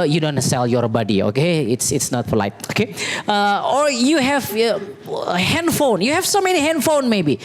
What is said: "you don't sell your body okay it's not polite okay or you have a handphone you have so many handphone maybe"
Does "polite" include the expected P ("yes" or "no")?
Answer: no